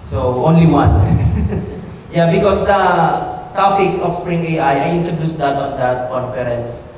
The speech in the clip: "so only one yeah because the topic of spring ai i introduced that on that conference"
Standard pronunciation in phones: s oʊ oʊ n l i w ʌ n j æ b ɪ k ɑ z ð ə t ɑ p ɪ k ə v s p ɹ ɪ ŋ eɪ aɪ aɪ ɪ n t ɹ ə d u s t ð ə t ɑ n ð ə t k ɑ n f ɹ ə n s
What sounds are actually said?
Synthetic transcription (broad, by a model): s oʊ oʊ n l i w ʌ n j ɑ b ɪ k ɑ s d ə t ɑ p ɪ k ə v s p ɹ ɪ ŋ eɪ aɪ aɪ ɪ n t ɹ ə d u s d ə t ɑ n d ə t k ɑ n f ɹ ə n s